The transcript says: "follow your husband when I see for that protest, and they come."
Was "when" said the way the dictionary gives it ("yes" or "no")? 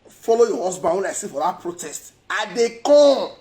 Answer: no